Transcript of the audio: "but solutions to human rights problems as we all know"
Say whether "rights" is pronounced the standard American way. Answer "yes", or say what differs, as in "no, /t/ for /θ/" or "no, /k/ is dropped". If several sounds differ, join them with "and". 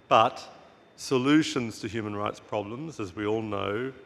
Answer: yes